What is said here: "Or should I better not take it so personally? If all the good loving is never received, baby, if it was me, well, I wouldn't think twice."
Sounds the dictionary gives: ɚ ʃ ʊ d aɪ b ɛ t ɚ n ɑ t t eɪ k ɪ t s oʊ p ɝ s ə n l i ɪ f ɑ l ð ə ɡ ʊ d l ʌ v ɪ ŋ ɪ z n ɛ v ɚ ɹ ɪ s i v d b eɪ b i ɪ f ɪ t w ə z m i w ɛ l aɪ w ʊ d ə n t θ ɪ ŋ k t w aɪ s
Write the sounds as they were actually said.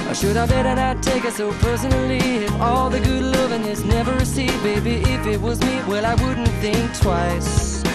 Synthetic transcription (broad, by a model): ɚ ʃ ʊ d aɪ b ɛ t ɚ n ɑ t t eɪ k ɪ t s oʊ p ɝ s ə n l i ɪ f ɑ l ð ə ɡ ʊ d l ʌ v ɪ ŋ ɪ s n ɛ v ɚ ɹ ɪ s i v b eɪ b i ɪ f ɪ t w ə z m i w ɛ l aɪ w ʊ d n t θ ɪ ŋ k t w aɪ s